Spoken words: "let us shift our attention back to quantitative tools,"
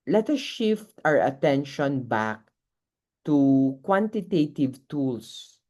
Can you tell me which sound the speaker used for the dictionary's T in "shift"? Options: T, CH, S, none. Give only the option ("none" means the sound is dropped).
T